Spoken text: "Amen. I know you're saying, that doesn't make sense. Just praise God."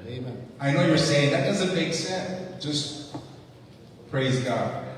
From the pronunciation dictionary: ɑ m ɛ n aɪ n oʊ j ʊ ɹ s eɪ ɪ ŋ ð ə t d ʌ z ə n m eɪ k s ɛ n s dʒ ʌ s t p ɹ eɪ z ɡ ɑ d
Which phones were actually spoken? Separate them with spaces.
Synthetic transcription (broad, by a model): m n aɪ n oʊ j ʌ ɹ s eɪ ɪ ŋ ð ə t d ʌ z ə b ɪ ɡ s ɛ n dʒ ʌ s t p ɹ eɪ z ɡ ɑ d